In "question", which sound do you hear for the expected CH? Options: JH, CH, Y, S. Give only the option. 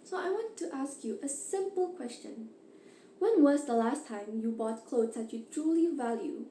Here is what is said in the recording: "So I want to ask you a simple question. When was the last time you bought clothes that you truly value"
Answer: CH